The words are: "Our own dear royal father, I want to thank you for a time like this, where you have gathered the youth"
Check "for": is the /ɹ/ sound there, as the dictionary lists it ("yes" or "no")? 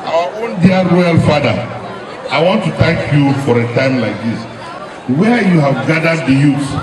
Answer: yes